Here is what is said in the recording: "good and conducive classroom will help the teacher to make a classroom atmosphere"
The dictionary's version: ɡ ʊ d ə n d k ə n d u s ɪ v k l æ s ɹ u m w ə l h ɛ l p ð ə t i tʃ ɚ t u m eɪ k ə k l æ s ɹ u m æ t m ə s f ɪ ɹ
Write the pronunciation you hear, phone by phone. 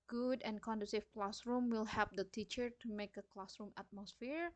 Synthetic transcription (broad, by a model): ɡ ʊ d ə n k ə n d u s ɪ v k l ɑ s ɹ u m w ə l h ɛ p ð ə t i tʃ ɚ t u m eɪ k ə k l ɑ s ɹ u m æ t m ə s f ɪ ɹ